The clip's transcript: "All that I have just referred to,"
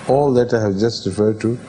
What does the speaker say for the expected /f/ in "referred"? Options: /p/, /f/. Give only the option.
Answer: /f/